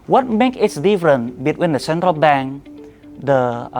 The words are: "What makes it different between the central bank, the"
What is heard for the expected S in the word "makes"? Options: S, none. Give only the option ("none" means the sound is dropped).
none